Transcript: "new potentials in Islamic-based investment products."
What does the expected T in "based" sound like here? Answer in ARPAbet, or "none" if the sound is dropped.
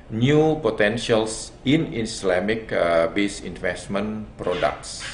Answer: none